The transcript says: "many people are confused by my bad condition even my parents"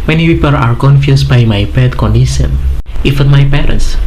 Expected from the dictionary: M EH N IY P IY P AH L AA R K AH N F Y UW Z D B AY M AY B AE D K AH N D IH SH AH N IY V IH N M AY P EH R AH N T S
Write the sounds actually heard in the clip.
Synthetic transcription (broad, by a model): M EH N IY P IY P AH L AA R K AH N F Y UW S B AY M AY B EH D K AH N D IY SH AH N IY F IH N M AY P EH R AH N S